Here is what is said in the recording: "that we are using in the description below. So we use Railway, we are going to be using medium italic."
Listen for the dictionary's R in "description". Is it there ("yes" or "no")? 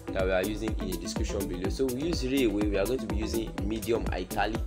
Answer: no